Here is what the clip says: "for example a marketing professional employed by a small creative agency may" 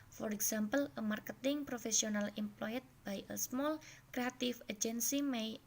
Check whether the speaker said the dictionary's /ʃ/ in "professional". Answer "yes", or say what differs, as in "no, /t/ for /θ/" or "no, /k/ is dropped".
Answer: no, /s/ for /ʃ/